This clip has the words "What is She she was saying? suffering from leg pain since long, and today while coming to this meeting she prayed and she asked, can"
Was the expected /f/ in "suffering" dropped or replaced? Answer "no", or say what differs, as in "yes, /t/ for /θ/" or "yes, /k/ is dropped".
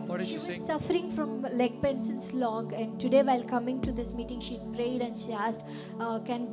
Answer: yes, /f/ is dropped